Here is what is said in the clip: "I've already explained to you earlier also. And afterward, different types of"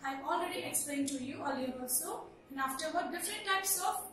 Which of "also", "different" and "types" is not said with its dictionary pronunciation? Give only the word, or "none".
also